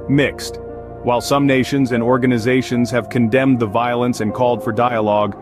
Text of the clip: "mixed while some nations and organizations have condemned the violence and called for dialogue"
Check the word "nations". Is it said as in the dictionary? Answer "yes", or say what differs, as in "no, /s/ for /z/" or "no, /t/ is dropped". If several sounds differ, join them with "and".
yes